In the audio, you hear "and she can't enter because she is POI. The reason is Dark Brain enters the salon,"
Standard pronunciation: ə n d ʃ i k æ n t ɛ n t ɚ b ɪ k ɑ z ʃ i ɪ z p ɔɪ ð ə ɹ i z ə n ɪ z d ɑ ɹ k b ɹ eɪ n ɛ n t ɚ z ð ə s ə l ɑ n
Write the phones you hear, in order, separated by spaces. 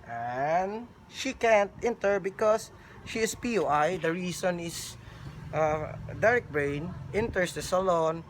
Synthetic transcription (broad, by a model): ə n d ʃ i k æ n t ɛ n t ɚ b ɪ k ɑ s ʃ i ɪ s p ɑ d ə ɹ i s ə n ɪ s d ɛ ɹ k b ɹ eɪ n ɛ n t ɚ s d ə s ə l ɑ n